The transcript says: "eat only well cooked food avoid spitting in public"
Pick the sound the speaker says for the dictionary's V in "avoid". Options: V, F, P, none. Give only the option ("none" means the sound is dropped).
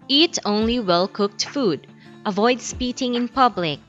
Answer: V